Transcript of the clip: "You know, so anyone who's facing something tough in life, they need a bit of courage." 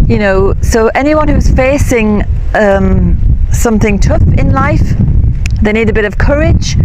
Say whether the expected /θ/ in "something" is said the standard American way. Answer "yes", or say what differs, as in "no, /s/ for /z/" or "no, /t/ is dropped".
yes